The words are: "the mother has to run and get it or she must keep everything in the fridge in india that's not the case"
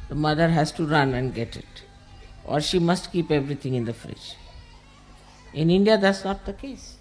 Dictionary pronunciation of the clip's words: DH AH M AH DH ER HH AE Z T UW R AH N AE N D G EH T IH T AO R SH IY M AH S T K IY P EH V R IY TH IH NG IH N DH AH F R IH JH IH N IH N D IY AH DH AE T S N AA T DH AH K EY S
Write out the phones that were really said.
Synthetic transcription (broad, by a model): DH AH M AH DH ER HH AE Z T UW R AH N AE N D G EH T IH T AO R SH IY M AH S T K IY P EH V R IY T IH NG IH N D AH F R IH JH IH N IH N D IY AH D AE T S N AA T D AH K EY S